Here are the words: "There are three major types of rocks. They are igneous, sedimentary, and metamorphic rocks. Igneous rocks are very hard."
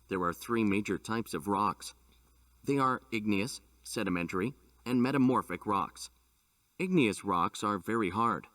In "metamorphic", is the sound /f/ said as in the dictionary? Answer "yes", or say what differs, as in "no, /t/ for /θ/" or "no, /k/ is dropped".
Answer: yes